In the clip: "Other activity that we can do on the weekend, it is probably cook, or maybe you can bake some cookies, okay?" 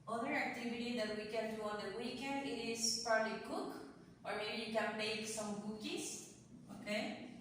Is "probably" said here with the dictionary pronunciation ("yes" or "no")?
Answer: yes